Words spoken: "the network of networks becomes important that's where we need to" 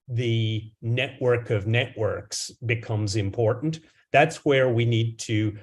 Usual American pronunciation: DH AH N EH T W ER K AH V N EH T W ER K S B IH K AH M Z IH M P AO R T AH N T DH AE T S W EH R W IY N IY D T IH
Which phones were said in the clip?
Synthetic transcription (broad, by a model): DH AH N EH T W ER K AH V N EH T W ER K S B IH K AH M Z IH M P AO R T N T DH AE T S W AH R W IY N IY D T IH